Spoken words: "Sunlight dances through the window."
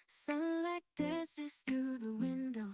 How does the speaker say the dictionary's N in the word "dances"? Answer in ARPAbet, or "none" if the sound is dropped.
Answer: none